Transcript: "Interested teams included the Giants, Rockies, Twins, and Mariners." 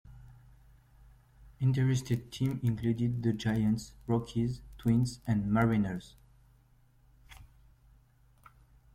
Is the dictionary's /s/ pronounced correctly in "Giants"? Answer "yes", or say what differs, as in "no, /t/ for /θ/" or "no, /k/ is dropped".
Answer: yes